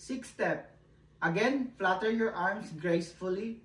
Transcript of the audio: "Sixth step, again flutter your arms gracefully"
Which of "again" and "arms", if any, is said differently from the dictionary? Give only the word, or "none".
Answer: arms